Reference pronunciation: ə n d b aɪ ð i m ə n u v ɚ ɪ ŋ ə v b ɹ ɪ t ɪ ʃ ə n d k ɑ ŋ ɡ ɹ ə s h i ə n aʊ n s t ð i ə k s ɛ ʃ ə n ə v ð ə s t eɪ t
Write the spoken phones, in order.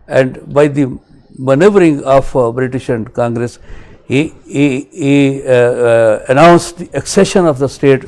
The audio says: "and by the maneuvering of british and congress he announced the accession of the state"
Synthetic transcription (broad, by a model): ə n d b aɪ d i m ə n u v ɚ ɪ ŋ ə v b ɹ ɪ t ɪ ʃ ə n d k ɑ ŋ ɡ ɹ ə s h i ə n aʊ n s t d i ə k s ɛ ʃ ə n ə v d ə s t eɪ t